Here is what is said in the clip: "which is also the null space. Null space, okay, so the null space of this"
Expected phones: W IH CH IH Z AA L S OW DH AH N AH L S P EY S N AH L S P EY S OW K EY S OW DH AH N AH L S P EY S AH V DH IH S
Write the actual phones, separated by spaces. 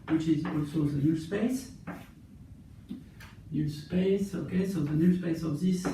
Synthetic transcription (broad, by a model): W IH CH IH Z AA S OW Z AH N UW S P EY S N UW S P EY S OW K EY S OW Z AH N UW S P EY S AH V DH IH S